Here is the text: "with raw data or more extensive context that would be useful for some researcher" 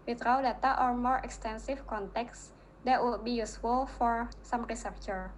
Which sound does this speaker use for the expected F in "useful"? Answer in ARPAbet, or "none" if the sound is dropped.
F